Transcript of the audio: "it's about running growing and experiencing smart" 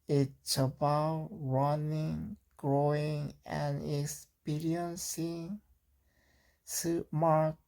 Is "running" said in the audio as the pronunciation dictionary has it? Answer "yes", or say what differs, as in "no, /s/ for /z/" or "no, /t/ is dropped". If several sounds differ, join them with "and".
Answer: yes